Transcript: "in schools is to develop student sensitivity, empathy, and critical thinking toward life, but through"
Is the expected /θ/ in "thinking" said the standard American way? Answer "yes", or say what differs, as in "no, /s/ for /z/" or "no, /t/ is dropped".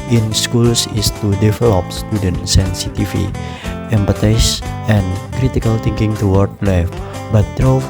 no, /t/ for /θ/